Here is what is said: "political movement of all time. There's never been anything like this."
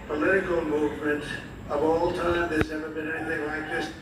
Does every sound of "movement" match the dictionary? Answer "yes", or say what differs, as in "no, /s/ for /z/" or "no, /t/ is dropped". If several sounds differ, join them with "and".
yes